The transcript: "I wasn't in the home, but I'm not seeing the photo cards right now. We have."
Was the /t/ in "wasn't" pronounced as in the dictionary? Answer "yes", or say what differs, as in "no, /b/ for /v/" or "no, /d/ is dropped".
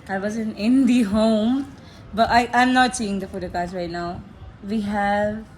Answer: no, /t/ is dropped